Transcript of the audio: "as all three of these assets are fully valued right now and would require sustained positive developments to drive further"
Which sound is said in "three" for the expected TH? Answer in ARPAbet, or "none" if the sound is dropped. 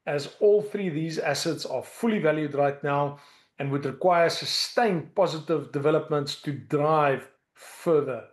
TH